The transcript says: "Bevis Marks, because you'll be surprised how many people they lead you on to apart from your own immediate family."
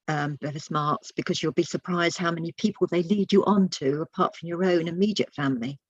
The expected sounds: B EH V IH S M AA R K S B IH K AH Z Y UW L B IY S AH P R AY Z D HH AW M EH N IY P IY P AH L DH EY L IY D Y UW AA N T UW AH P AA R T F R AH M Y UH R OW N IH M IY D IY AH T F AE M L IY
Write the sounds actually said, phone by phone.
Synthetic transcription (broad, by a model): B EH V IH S M AA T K S B IH K AH Z Y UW L B IY S AH P R AY Z D HH AW M EH N IY P IY P AH L DH EY L IY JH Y AA N T UW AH P AA T F R AH M Y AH R OW N IH M IY D IY AH T F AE M L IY